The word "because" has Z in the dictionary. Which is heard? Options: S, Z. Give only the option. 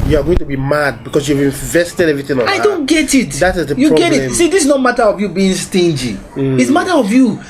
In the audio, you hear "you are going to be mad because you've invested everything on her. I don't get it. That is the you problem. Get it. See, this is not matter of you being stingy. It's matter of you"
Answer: S